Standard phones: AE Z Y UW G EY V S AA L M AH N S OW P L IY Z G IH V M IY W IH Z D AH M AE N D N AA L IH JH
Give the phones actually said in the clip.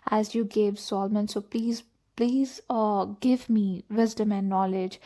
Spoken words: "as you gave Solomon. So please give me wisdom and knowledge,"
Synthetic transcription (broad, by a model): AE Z Y UW G EY V S AA L M AH N S OW P L IY Z G IH V M IY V IH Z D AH M AE N D N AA L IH JH